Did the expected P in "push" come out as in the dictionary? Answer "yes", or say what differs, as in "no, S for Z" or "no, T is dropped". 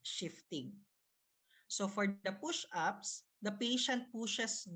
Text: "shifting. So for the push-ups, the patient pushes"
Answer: yes